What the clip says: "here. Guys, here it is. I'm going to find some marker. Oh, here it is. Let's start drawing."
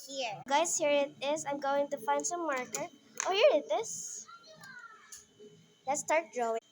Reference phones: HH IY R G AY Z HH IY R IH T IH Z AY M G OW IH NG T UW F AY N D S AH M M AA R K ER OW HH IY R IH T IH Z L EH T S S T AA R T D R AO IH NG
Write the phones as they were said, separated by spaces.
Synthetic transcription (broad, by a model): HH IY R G AY S HH IY R IH T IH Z AY M G OW IH NG T UW F AY N D S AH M M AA R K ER OW HH IY R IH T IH S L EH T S S T AA R T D R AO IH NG